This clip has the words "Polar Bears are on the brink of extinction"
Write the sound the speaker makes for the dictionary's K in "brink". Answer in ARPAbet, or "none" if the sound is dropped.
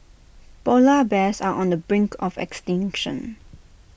K